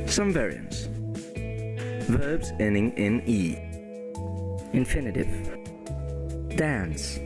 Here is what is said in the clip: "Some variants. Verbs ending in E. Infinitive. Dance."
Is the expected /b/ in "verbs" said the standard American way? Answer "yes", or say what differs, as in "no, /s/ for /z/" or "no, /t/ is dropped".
yes